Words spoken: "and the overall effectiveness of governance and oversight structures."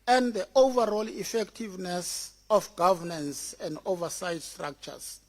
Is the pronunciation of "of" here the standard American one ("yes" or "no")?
no